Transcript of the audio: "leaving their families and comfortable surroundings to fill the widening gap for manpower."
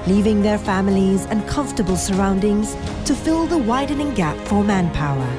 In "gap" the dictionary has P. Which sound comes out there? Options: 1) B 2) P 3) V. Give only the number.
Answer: 2